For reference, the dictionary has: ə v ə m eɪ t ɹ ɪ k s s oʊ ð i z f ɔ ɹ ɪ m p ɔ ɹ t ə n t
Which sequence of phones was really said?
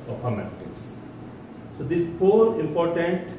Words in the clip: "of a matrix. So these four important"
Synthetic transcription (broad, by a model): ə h ə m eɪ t ɪ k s s oʊ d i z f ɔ ɹ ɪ m p ɔ ɹ t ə n t